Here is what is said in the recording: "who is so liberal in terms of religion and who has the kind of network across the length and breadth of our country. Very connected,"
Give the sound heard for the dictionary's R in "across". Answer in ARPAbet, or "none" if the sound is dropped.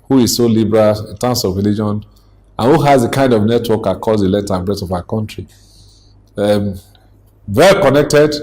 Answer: none